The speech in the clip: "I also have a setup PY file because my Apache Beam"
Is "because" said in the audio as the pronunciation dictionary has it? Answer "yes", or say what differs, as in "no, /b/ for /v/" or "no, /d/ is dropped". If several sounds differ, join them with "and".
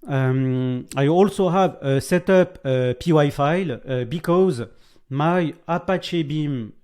yes